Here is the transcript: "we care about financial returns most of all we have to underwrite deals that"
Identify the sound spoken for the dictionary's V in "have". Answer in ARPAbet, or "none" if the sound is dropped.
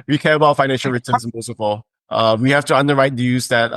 F